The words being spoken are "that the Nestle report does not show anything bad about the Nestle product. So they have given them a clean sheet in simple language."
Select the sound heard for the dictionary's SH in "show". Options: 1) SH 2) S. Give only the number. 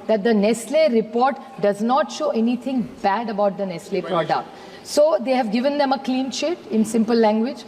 1